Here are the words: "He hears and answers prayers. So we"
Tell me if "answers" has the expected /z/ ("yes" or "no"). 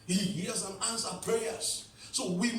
no